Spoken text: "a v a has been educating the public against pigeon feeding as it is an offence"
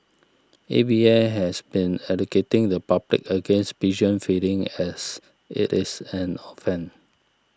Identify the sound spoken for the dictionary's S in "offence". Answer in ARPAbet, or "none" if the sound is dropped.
none